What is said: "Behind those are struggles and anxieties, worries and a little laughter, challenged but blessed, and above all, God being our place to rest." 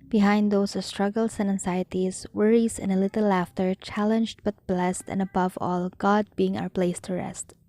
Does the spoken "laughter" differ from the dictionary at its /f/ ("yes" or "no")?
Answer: no